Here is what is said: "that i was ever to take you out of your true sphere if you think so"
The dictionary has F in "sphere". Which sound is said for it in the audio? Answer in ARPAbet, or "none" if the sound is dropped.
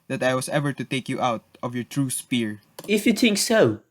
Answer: P